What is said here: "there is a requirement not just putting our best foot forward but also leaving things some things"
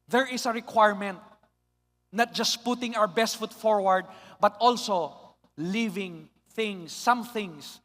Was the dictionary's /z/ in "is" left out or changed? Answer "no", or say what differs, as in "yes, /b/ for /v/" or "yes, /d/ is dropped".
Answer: yes, /s/ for /z/